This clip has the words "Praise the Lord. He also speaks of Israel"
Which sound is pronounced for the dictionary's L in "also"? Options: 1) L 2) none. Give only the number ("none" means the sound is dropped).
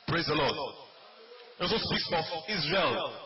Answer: 2